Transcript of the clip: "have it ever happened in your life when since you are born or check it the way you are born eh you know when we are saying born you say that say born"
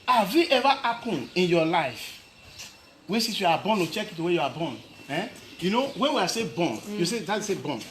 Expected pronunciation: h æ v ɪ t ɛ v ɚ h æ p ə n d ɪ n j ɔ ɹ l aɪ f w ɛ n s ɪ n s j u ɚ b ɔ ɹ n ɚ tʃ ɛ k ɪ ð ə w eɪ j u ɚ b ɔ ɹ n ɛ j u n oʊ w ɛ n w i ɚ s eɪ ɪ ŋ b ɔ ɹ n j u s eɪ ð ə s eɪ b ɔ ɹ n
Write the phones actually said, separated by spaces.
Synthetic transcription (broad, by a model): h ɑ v ɪ t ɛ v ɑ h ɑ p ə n ɪ n j ɔ l aɪ f w ɛ n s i s j u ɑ b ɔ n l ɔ tʃ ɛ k ɪ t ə w eɪ j u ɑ b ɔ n ɛ j u n oʊ w ɛ n w i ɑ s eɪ b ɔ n j u s eɪ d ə s eɪ b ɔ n